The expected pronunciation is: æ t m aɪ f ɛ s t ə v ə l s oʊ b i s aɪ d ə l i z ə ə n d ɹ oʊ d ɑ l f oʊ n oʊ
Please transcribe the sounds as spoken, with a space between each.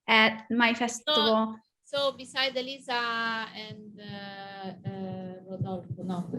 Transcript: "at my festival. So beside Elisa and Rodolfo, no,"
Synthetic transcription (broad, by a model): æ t m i f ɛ s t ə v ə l s oʊ b i s aɪ d ə l i z ə ə n d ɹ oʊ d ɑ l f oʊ n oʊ